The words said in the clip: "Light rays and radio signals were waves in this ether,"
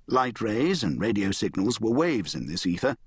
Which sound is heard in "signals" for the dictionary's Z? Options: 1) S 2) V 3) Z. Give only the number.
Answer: 3